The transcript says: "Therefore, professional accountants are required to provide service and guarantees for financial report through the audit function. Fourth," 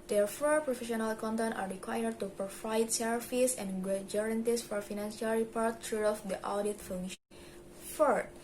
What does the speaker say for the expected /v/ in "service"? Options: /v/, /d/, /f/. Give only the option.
/f/